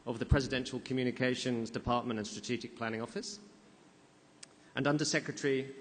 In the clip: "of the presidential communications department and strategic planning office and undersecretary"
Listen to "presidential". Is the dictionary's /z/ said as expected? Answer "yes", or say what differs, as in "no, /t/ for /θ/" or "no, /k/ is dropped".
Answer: yes